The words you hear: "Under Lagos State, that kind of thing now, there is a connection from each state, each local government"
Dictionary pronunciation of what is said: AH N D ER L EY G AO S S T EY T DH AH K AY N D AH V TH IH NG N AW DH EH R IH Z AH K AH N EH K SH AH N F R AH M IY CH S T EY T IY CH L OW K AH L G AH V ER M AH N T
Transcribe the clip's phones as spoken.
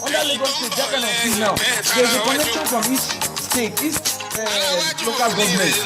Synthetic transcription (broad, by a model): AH N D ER L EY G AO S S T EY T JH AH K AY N AH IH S N AW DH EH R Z AH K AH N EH K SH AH N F R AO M IY CH S T EY T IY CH L OW K AH L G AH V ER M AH N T